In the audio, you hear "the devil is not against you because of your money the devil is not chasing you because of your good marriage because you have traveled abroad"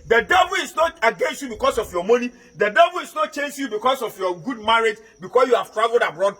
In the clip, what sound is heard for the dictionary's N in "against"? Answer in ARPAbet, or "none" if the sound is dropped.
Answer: N